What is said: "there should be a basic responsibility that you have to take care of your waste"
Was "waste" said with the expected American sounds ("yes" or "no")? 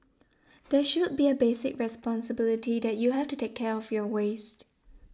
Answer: yes